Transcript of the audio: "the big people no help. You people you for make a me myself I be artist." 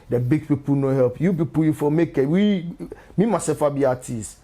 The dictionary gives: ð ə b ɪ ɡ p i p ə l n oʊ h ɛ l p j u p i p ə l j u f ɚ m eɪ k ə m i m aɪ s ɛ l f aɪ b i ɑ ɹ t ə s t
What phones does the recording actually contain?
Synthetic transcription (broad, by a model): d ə b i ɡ p i p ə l n oʊ h ɛ l p j u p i p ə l j u f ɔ m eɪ k ə m i m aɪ s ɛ f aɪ b i ɑ t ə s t